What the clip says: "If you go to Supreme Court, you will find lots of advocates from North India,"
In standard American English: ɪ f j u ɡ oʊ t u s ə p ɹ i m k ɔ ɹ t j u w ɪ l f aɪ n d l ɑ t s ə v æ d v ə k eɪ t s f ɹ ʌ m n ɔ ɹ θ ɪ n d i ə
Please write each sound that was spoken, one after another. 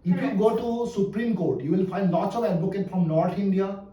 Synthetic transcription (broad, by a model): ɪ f j u ɡ oʊ t u s ə p ɹ i m k ɔ ɹ t j u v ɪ l f aɪ n d l ɑ t s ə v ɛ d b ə k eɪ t f ɹ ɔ m n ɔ ɹ t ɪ n d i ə